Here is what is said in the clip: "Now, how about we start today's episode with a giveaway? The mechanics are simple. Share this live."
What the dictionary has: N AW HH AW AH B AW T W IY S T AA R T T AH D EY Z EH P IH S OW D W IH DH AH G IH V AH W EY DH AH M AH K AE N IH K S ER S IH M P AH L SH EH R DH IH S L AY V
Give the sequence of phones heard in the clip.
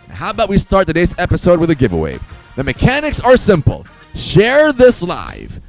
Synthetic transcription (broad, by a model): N HH AW AH B AW T W IY S T AA R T T AH D EY Z EH P IH S OW D W IH DH AH G IH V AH W EY DH AH M AH K AE N IH K S ER S IH M P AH L SH EH R DH IH S L AY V